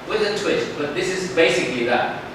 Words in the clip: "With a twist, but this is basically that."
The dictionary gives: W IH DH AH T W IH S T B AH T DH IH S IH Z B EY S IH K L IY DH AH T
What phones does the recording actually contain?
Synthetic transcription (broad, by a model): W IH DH AH T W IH T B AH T DH IH S IH Z B EY S IH K L IY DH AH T